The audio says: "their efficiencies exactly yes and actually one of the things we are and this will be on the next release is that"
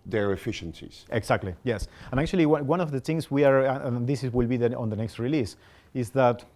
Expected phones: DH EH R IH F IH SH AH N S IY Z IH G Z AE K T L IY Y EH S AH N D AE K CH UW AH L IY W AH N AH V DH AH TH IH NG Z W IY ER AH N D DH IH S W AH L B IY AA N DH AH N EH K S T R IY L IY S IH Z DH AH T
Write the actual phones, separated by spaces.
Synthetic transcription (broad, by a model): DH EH R IH F IH SH AH N S IY Z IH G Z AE K T L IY Y EH S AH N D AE K CH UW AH W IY W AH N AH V DH AH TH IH NG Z W IY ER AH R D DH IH S W AH L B IY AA N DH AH N EH K S T R IY L IY S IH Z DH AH T